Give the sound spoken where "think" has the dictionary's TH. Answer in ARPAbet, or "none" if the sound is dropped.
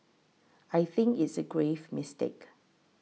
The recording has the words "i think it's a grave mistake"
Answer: TH